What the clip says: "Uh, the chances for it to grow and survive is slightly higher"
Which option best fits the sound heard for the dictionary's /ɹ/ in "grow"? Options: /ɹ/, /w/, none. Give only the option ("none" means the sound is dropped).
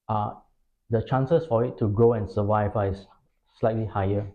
/ɹ/